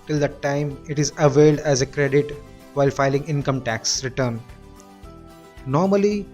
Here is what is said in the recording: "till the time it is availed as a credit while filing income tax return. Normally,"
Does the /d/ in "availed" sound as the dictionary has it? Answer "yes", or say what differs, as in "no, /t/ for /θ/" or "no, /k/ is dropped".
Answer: yes